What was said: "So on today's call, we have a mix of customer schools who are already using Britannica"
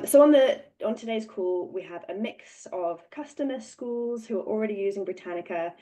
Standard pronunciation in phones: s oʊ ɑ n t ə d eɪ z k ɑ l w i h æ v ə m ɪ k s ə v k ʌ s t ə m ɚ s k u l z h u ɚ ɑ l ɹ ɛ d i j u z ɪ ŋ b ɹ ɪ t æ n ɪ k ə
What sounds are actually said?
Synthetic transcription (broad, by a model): s oʊ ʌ n t ə d eɪ z k ɑ l w i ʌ v ə m ɪ k s ə v k ʌ s t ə m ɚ s k u l z h u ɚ ɑ l ɹ ɛ d i j u z ɪ ŋ b ɹ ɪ t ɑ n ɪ k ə